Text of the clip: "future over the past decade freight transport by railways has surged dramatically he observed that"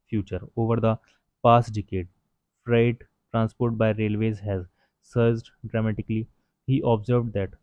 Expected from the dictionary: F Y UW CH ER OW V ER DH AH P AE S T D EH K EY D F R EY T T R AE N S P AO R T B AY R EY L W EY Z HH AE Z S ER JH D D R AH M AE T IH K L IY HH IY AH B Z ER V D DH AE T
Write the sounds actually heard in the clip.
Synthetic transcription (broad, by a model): F Y UW CH ER OW V ER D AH P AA S T D EH K EY D F R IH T T R AE N S P AO R T B AY R EY L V EY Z HH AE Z S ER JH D D R AH M AE T IH K L IY HH IY AH B Z ER V D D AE T